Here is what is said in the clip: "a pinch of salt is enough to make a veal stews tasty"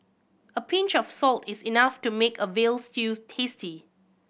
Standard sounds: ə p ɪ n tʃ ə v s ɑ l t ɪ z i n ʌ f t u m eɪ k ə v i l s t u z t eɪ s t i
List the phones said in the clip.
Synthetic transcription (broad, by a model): ə p ɪ n tʃ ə f s ɑ l t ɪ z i n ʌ f t u m eɪ k ə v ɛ l s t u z t eɪ s t i